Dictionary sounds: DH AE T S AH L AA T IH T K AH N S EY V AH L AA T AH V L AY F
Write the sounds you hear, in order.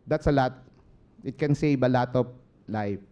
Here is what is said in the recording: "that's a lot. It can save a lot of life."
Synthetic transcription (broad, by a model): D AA T S AH L AA T IH T K AH N S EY B AH L AA T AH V L AY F